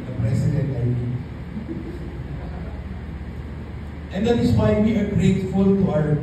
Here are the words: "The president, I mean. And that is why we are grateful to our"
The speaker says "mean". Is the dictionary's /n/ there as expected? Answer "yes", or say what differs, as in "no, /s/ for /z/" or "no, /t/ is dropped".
no, /n/ is dropped